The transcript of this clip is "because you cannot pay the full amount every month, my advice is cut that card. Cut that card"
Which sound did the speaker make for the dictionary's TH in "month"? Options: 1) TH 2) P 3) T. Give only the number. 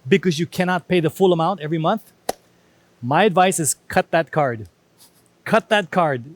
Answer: 1